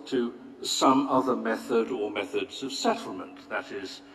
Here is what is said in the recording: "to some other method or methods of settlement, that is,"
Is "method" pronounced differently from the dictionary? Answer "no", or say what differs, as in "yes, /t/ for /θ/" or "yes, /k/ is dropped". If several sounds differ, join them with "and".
no